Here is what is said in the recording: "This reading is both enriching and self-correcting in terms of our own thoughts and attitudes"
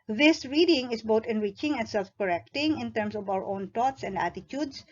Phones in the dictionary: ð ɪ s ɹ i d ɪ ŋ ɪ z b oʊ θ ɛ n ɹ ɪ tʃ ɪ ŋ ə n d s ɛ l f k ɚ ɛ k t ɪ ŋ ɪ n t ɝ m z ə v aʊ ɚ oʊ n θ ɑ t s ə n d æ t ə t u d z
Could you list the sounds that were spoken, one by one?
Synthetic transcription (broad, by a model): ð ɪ s ɹ i d ɪ ŋ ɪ s b oʊ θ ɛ n ɹ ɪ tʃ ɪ ŋ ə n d s ɛ l f k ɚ ɛ k t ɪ ŋ ɪ n t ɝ m s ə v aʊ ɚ oʊ n t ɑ t s ə n d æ t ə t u d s